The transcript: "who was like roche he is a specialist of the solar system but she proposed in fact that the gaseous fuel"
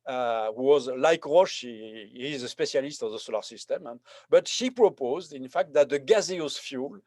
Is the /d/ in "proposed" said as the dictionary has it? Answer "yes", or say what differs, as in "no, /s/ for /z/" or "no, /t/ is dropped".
yes